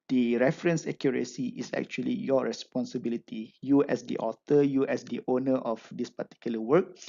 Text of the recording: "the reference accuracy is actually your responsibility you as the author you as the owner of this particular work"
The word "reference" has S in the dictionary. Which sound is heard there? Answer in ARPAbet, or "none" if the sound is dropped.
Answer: S